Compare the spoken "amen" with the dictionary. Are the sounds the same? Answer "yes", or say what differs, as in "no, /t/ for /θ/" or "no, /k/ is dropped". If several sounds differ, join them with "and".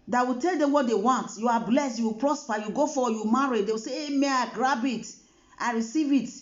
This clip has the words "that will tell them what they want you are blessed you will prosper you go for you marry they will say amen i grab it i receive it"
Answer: no, /n/ is dropped